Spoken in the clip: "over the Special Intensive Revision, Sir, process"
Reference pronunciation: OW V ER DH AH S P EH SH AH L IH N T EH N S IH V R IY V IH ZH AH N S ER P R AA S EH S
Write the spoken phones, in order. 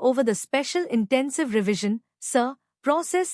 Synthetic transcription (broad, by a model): OW V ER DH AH S P EH SH AH L IH N T EH N S IH V R IY V IH ZH AH N S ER P R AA S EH S